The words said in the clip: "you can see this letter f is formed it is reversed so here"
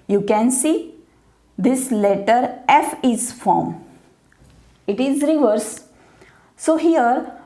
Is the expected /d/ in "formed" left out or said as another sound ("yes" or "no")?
yes